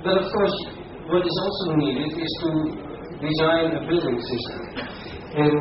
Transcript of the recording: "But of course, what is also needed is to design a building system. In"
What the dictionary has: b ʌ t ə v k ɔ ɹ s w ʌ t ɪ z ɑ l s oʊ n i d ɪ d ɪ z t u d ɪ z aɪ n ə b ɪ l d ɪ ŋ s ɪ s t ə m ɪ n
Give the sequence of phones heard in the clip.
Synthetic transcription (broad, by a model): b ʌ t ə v k ɔ ɹ s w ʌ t ɪ z ɑ l s oʊ n i d ɪ d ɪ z t u d ɪ z aɪ n ə b ɪ l d ɪ ŋ s ɪ s t ə m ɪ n